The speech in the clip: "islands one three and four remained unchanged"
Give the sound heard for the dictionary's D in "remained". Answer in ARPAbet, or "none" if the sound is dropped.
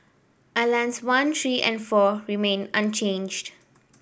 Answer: none